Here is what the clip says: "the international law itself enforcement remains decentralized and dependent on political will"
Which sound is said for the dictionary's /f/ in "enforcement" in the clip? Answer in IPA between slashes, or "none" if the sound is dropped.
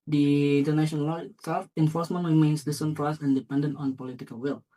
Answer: /f/